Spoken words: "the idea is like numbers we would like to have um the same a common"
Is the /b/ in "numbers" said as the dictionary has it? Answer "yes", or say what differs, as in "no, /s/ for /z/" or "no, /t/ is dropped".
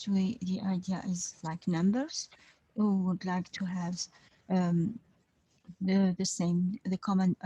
yes